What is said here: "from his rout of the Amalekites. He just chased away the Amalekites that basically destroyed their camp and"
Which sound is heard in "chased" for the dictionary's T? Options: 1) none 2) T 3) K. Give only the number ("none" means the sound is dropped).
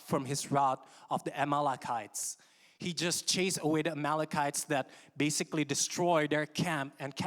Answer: 1